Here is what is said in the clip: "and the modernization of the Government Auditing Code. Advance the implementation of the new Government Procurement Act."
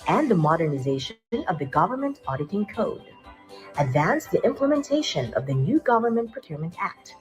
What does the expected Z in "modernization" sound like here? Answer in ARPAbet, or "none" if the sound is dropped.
Z